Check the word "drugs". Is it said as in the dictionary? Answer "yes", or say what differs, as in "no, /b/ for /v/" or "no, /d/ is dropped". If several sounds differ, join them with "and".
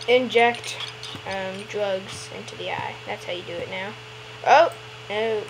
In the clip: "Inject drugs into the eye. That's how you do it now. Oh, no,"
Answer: yes